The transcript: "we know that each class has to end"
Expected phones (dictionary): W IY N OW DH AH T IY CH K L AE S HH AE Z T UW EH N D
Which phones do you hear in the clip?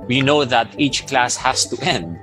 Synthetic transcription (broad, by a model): W IY N OW DH AH T IY CH K L AE S HH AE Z T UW EH N D